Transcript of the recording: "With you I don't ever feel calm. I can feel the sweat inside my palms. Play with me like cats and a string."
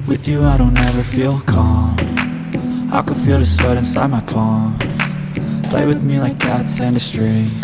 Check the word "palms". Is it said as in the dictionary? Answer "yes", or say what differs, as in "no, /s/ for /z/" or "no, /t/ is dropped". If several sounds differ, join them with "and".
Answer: no, /z/ is dropped